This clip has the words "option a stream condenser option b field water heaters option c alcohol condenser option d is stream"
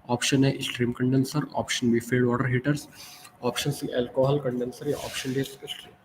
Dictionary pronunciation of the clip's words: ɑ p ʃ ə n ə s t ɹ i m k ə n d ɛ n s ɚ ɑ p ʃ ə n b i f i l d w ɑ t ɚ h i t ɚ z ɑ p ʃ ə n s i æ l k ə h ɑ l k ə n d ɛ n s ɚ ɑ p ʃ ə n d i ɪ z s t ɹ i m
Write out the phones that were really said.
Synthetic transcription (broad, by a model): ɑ p ʃ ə n ə s t ɹ i m k ə n d ɛ n s ɚ ɑ p ʃ ə n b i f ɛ d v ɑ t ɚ h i t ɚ s ɑ p ʃ ə n s i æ l k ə h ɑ l k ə n d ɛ n s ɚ ɑ p ʃ ə n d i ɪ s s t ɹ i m